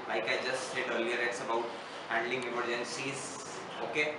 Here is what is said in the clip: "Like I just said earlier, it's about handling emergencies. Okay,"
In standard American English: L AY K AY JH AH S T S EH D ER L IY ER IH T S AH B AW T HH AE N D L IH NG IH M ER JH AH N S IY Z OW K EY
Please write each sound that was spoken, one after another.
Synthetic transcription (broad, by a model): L AY K AY JH AH S T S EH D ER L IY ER IH T S AH B AW T HH AE N D L IH NG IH M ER JH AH N S IY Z OW K EY